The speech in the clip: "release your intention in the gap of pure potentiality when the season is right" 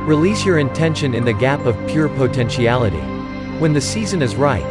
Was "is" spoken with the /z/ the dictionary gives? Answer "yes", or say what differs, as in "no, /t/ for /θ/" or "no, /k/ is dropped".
yes